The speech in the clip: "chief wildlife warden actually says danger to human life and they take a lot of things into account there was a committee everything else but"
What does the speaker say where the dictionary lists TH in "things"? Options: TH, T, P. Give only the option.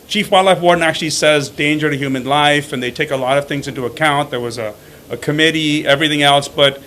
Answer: TH